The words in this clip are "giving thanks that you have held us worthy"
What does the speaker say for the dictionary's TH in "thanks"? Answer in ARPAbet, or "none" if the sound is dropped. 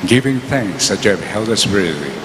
TH